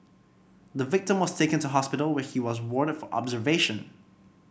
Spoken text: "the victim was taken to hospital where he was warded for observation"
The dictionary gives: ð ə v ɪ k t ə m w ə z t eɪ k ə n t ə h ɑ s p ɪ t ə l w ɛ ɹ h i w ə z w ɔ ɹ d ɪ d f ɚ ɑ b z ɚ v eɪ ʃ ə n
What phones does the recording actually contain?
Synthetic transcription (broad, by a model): ð ə v ɪ k t ə m w ə z t eɪ k ə n t ə h ɑ s p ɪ t l w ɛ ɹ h i w ə z w ɔ ɹ d ɪ d f ɚ ɑ b z ɚ v eɪ ʃ ə n